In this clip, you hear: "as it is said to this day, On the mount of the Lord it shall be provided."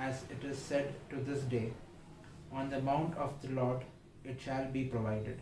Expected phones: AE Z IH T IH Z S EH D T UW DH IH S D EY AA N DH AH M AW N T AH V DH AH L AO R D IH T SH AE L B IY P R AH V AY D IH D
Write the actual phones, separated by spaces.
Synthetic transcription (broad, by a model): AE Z IH T IH Z S EH D T UW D IH S D EY AA N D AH M AW N T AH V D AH L AO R D IH T SH AE L B IY P R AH V AY D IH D